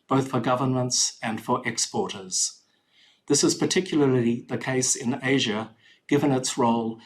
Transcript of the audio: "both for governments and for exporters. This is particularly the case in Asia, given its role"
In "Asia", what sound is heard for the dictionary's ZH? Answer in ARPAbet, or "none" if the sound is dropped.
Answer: ZH